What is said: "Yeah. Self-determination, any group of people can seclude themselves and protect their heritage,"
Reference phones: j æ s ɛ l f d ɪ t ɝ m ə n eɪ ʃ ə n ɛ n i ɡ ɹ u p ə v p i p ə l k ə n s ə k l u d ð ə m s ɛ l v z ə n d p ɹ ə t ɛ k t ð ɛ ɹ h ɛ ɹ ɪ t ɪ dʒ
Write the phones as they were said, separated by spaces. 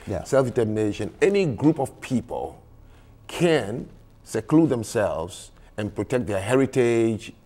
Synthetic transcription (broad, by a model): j s ɛ l f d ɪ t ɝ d n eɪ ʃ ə n ɛ n i ɡ ɹ u p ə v p i p ə l k ə n s ə k l u d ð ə m s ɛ l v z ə n p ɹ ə t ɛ k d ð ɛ h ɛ ɹ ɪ t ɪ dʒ